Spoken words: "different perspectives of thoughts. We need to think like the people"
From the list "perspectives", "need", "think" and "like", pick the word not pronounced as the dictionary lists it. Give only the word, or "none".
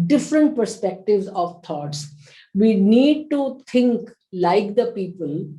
think